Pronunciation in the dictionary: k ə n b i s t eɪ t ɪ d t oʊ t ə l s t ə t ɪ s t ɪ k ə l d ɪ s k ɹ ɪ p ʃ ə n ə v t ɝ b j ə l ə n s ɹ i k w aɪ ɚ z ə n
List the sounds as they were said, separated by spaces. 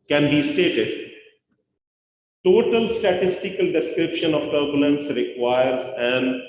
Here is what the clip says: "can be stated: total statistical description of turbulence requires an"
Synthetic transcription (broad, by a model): k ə n b i s t eɪ t ɪ d t oʊ t ə l s t ə t ɪ s t ɪ k ə l d ɪ s k ɹ ɪ p ʃ ə n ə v t ɝ b j ə l ə n s ɹ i k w aɪ ɚ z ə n